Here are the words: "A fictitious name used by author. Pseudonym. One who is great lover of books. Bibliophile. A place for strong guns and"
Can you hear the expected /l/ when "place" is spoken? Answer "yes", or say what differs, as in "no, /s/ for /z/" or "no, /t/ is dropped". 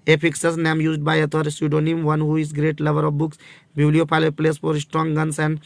yes